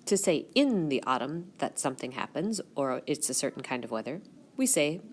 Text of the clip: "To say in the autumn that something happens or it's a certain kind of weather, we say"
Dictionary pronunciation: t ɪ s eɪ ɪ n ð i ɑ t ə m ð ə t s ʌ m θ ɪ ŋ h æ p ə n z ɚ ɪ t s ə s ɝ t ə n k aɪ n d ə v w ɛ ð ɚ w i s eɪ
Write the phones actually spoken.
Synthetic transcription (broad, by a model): t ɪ s eɪ ɪ n ð i ɑ t ə m ð ə t s ʌ m θ ɪ ŋ h æ p ə n z ɚ ɪ t s ə s ɝ t n k aɪ n d ə v w ɛ ð ɚ w i s eɪ